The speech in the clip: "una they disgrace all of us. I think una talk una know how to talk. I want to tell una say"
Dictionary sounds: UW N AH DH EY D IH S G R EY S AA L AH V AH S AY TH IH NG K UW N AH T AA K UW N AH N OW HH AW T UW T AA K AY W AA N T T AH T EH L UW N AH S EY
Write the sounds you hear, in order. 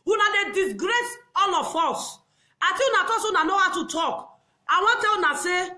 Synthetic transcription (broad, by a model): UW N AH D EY D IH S G R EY S AA L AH F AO S AY T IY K UW N AH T AA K UW N AH N OW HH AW T UW T AA K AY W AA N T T T EH L UW N AH S EY